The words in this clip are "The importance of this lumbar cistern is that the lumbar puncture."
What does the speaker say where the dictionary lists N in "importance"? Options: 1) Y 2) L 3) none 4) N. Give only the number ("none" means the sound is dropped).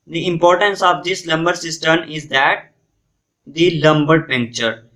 4